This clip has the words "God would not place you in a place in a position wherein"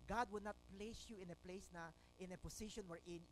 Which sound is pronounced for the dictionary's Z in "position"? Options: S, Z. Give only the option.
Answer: S